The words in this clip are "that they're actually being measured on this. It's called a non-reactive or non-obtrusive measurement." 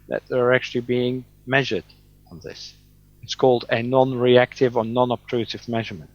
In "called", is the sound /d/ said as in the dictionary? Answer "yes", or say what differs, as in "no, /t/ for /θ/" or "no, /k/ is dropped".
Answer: yes